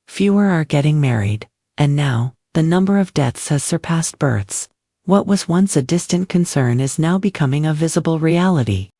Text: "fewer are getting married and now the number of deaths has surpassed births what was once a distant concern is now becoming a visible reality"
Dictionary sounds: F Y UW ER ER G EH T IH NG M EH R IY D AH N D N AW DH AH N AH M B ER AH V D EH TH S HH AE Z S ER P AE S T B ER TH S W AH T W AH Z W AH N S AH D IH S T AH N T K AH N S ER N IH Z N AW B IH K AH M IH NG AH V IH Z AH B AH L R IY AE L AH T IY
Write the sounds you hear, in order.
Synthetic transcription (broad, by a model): F Y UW ER ER G EH T IH NG M EH R IY D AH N N AW DH AH N AH M B ER AH V D EH TH S HH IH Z S ER P AE S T B ER TH S W AH T W AH Z W AH N S AH D IH S T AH N K AH N S ER N IH Z N AW B IH K AH M IH NG AH V IH Z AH B L R IY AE L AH T IY